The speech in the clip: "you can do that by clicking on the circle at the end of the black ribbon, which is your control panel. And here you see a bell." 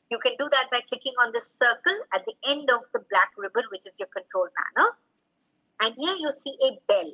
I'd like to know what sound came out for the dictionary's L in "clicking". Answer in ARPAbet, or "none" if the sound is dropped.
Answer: none